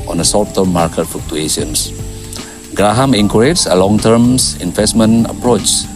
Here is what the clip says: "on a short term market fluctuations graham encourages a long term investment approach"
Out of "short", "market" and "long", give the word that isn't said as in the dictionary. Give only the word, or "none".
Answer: short